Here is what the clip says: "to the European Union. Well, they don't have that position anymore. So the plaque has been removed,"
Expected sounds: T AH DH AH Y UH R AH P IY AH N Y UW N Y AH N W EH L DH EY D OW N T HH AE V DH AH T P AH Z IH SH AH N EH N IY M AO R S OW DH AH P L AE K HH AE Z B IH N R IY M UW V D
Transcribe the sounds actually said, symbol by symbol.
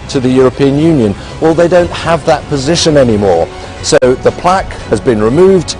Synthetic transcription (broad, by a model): T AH DH AH Y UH R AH P IY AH N Y UW N Y AH N W EH L DH EY D OW N T HH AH V DH AH T P AH Z IH SH AH N EH N IY M AO R S OW DH AH P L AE K HH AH Z B IH N R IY M UW V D